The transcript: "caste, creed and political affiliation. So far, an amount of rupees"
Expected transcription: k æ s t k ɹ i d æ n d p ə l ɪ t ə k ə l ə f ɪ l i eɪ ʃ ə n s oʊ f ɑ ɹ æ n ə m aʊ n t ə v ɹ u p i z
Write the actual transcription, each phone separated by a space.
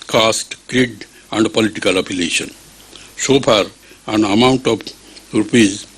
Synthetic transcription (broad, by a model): k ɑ s t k ɹ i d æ n d p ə l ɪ t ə k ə l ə p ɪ l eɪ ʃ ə n s oʊ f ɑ ɹ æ n ə m aʊ n t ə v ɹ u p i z